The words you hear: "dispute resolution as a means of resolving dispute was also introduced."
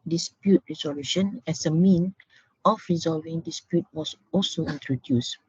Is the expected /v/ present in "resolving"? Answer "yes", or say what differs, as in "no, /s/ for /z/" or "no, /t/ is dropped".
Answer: yes